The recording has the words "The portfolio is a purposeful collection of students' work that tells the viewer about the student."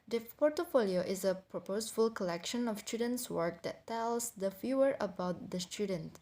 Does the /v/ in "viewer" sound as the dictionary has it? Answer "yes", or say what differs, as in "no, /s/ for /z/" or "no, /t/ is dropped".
no, /f/ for /v/